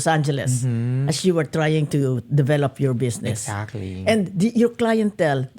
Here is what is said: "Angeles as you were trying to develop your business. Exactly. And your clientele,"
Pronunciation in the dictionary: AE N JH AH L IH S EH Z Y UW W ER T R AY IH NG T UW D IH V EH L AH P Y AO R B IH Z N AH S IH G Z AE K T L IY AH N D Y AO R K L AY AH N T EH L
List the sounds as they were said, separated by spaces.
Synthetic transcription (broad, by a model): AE N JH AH L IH S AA S Y UW W ER T R AY IH NG T UW D IH V EH L AH P Y AO R B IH S N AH S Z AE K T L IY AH N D Y AO R K L AY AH N T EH L